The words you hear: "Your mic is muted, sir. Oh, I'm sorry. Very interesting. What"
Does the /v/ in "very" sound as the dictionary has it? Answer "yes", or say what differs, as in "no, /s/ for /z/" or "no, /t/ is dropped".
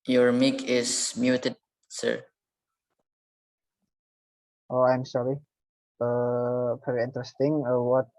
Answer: no, /p/ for /v/